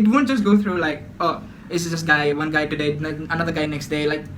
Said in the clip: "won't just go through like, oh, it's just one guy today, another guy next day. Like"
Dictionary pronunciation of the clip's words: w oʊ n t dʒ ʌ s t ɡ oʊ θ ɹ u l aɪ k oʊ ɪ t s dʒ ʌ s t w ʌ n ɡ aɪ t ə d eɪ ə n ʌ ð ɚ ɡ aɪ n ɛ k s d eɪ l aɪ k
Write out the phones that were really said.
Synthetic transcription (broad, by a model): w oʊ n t dʒ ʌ s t ɡ oʊ t ɹ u l aɪ k oʊ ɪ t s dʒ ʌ s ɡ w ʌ n ɡ aɪ t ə d eɪ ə n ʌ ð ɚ ɡ aɪ n ɛ k s d eɪ l aɪ k